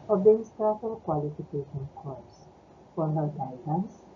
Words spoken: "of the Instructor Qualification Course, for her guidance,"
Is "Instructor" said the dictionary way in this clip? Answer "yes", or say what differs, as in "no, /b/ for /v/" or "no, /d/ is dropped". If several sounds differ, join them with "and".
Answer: no, /k/ is dropped